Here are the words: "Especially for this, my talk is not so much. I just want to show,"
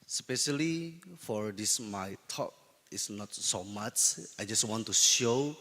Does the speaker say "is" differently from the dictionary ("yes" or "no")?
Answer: yes